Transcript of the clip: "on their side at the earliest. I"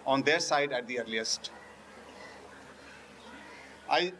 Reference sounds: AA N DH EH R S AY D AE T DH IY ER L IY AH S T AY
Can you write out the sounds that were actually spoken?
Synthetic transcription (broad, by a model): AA N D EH R S AY D AE T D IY ER L IY AH S T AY